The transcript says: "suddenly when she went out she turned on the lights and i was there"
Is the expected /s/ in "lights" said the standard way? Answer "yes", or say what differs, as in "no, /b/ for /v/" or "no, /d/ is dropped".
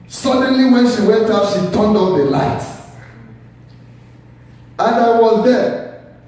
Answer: no, /s/ is dropped